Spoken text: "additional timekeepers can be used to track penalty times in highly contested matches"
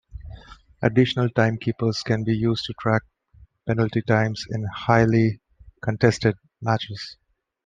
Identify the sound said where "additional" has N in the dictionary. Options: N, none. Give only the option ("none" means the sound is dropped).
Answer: N